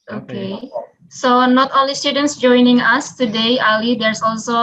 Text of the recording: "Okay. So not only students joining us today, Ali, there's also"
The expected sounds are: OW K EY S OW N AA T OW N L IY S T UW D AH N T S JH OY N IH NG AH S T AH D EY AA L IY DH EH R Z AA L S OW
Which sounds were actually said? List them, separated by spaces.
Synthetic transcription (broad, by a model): OW K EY S OW N AA T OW L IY S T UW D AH N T S JH OY N IH NG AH S T AH D EY AA L IY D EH R S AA L S OW